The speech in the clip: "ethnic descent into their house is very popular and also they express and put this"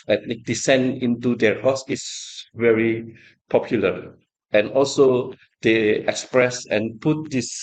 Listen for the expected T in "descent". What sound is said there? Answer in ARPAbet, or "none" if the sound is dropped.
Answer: none